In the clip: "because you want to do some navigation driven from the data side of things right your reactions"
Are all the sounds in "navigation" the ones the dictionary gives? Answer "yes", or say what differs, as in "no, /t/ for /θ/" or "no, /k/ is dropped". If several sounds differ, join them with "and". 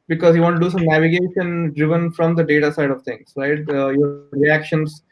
yes